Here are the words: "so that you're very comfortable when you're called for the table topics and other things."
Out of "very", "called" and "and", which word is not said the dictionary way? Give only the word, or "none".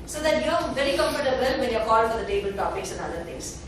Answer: called